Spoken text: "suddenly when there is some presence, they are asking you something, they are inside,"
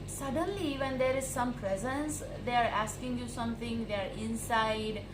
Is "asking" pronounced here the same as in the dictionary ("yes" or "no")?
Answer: yes